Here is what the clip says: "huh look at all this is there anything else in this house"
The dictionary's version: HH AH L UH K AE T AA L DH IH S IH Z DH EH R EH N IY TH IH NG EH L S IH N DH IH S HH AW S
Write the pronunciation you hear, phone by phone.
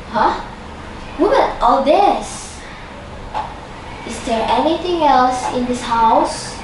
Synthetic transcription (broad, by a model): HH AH W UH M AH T AA L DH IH S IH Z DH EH R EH N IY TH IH NG EH L S IH N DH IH S HH AW S